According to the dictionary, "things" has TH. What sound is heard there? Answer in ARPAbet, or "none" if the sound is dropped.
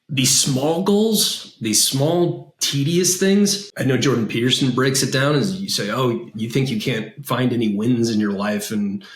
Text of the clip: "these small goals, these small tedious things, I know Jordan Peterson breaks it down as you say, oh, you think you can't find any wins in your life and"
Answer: TH